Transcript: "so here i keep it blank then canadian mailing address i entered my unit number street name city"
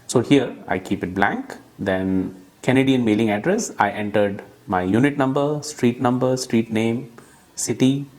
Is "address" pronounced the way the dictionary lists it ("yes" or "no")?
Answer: yes